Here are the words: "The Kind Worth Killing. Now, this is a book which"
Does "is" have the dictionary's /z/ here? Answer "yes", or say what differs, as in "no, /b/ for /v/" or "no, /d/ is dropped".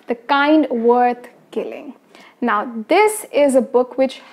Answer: yes